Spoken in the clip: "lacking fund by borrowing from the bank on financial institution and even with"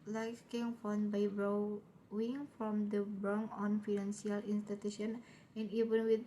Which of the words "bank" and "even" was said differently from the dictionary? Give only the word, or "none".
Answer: bank